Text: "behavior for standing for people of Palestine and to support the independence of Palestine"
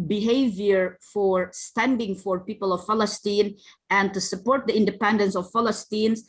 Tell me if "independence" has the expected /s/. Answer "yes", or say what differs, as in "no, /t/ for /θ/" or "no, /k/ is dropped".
yes